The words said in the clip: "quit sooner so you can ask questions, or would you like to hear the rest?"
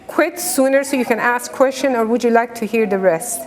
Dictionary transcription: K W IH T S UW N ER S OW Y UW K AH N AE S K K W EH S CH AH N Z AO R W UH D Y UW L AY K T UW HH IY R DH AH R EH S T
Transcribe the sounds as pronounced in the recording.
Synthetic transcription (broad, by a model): K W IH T S UW N ER S OW Y UW K AH N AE S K K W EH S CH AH N AO R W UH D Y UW L AY K T UW HH IY R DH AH R EH S T